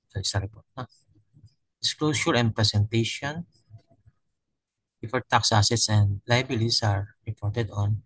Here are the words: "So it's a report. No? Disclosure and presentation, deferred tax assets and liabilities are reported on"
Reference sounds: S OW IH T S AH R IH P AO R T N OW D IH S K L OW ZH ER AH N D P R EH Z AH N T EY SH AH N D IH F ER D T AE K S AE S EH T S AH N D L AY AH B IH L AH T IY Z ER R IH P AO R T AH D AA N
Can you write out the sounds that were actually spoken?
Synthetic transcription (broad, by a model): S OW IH S AH R IH P AO R T N OW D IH S K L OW S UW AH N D P R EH S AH N T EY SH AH N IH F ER T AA K S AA S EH T S AH N D L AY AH B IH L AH S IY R R IH P AO R T AH D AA N